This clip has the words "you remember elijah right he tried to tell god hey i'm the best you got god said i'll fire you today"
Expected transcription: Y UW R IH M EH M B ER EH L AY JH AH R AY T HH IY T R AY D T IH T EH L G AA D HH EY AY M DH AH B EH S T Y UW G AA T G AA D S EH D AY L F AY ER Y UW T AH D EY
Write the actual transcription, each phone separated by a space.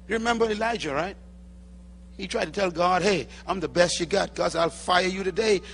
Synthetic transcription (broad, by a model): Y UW R IH M EH M B ER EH L AY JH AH R AY T HH IY T R AY D T IH T EH L G AA D HH EY AY M DH AH B EH S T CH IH G AA T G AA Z AY L F AY ER Y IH T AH D EY